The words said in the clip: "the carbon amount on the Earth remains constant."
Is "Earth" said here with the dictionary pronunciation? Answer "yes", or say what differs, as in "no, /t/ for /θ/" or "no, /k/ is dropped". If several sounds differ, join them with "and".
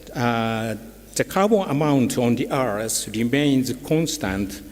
no, /s/ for /θ/